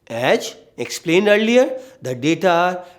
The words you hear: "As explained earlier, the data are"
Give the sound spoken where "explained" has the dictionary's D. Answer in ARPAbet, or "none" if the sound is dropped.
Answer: D